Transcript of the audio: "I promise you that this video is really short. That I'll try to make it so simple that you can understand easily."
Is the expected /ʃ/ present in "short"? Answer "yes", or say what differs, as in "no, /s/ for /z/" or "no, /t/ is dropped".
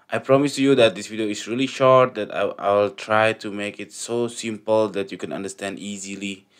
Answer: yes